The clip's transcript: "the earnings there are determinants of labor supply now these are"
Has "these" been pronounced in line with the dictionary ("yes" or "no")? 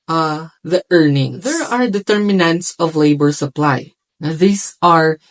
no